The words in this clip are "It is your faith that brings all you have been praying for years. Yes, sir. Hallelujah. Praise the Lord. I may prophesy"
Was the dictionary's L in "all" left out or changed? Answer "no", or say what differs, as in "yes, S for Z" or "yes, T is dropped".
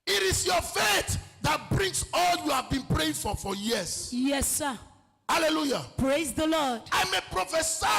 no